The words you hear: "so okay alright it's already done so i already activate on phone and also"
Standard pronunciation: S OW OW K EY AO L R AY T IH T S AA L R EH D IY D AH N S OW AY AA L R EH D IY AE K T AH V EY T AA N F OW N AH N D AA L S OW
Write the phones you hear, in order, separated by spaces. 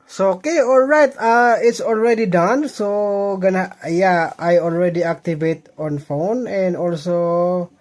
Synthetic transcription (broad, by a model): S OW OW K EY AO L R AY T IH T S AA L R EH D IY D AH N S OW AY AA L R EH D IY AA K T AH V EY T AA N F OW N AH N D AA L S OW